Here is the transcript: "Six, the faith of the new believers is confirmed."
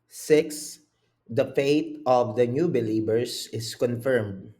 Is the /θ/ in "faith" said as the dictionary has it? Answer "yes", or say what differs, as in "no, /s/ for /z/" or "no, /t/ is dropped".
no, /t/ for /θ/